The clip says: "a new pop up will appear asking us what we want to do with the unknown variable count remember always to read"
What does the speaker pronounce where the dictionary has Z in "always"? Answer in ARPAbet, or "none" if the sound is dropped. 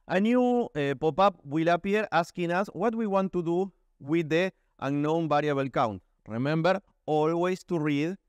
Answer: S